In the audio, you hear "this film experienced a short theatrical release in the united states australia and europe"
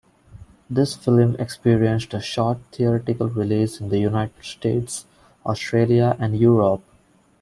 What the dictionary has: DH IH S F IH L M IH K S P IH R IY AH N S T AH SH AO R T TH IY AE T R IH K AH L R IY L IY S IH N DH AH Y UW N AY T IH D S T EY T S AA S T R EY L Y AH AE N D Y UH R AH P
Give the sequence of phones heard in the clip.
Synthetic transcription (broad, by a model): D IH S F IH L M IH K S P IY R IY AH N S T AH SH AO R T T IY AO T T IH K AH L R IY L IY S IH N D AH Y UW N AY T IH D S T EY T S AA S T R EY L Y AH AE N D Y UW R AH P